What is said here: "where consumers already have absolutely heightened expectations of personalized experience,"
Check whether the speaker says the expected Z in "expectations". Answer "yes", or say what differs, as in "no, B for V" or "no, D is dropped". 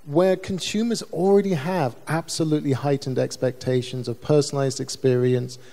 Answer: yes